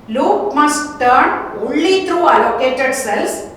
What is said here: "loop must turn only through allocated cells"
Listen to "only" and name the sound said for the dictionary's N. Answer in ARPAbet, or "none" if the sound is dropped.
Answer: none